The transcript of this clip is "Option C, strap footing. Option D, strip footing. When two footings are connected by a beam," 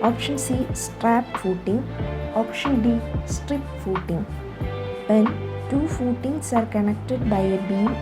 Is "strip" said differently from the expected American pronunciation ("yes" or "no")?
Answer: no